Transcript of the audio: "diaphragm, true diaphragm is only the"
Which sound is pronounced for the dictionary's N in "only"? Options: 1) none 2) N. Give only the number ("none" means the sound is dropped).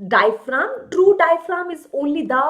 1